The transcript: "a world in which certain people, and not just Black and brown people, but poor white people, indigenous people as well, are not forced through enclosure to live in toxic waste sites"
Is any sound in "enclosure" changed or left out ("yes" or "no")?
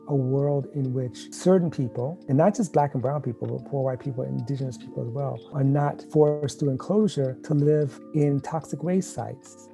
no